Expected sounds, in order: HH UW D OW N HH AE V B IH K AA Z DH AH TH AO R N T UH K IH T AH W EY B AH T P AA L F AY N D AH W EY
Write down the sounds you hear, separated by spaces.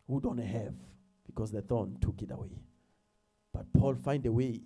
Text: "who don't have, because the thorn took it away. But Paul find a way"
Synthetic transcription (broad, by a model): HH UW D OW N HH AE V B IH K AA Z DH AH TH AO N T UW K IH T AH W EY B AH T P AA L F AY N D AH W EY